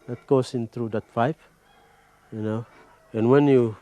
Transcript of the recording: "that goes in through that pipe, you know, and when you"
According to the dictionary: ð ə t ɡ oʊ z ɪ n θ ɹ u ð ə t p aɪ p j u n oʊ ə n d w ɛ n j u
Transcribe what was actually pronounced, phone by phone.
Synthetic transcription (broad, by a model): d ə t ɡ oʊ s ɪ n t ɹ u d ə t f aɪ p j u n oʊ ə n w ɛ n j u